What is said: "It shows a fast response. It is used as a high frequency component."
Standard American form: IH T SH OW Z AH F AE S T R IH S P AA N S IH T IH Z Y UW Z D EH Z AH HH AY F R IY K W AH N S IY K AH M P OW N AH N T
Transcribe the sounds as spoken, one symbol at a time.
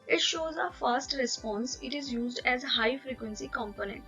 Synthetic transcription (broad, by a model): IH T SH OW Z AH F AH S T R IH S P AA N S IH T IH Z Y UW Z D EH Z HH AY F R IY K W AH N S IY K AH M P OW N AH N T